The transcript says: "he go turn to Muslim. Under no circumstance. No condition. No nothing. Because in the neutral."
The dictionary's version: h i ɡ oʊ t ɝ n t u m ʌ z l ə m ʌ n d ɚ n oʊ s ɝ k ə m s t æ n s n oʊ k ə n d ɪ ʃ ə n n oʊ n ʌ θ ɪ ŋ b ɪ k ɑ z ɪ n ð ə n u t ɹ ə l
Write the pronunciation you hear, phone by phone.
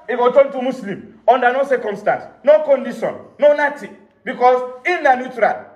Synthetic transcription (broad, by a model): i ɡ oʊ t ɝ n t u m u s l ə m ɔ n d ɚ n oʊ s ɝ k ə m s t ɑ n s n oʊ k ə n d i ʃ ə n n oʊ n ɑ t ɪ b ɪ k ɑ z ɪ n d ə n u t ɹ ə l